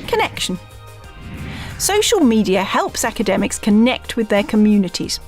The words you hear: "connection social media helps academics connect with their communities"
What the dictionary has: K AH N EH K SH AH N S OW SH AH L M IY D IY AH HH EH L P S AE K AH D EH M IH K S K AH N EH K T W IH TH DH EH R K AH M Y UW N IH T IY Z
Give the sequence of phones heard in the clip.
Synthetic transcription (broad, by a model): K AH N EH K SH AH N S OW SH AH L M IY D IY AH HH EH L P S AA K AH D EH M IH K S K AH N EH K T W IH DH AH K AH M Y UW N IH T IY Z